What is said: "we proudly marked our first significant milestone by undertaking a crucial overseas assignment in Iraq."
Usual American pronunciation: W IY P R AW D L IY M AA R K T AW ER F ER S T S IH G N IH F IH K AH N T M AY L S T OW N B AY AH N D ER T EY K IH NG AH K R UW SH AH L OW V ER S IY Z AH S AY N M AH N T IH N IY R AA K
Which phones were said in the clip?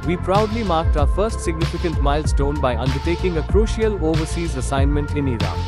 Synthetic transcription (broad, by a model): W IY P R AW D L IY M AA R K T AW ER F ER S T S IH G N IH F IH K AH N T M AY L S T OW N B AY AH N D ER T EY K IH NG AH K R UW SH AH L OW V ER S IY Z AH S AY N M AH N T IH N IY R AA